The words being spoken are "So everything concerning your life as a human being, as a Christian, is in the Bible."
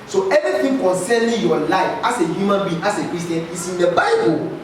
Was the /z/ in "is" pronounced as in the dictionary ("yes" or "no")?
no